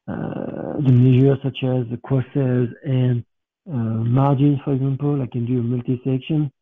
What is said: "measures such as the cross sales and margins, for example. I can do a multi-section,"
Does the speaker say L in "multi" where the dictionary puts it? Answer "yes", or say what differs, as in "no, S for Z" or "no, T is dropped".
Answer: yes